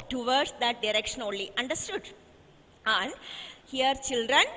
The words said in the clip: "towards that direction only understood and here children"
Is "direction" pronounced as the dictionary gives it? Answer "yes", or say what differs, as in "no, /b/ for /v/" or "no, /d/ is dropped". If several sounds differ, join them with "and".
yes